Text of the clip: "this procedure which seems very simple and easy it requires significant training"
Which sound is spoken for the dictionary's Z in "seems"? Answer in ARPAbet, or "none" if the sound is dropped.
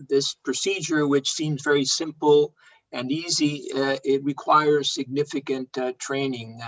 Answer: Z